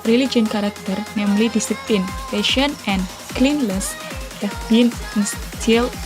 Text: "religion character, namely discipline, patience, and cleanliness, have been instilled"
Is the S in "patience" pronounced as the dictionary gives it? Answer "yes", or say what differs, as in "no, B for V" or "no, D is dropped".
no, S is dropped